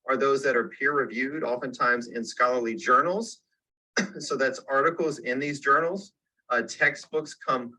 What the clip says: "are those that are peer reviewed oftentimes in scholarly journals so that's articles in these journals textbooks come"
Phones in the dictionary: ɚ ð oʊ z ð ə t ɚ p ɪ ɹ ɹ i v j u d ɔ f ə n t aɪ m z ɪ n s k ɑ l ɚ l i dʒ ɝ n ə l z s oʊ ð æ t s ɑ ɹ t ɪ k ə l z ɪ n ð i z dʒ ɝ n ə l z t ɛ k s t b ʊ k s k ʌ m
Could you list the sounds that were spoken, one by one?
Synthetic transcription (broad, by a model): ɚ ð oʊ z ð ə t ɚ p ɪ ɹ ɹ i v j u d ɔ f ə n t aɪ m z ɪ n s k ɑ l ɚ l i dʒ ɝ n l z s oʊ ð æ t s ɑ ɹ t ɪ k l z ɪ n ð i z dʒ ɝ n l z t ɛ k s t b ʊ k s k ʌ m